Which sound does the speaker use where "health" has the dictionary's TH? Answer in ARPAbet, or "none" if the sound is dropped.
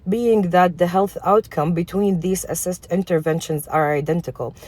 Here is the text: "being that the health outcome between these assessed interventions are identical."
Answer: TH